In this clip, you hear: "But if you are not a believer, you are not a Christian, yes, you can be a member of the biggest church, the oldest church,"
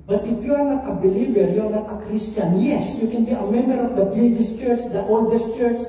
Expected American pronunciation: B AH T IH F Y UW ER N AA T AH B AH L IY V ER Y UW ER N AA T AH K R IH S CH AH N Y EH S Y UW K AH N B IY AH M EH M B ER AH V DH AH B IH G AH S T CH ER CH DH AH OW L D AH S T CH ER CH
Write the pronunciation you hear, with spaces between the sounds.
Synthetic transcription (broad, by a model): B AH T IH F Y UW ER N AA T AH B AH L IY V ER Y UW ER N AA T AH K R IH S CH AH N Y EH S Y UW K AH N B IY AH M EH M B ER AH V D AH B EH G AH S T CH ER CH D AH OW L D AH S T CH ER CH